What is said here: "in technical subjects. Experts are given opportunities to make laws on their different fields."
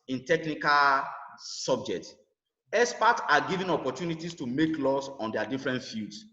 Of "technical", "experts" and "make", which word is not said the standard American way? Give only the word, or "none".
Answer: experts